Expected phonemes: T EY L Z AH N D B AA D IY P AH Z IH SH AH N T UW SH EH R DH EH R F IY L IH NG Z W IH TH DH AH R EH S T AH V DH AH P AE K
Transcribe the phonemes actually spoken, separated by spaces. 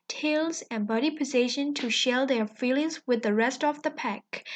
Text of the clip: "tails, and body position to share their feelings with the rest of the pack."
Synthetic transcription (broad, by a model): T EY L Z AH N B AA D IY P AH Z IH SH AH N T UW SH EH L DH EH R F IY L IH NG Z W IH DH AH R EH S T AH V DH AH P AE K